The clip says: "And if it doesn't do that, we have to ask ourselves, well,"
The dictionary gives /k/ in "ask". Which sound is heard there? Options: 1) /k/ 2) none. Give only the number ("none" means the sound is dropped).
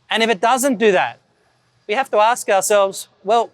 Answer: 1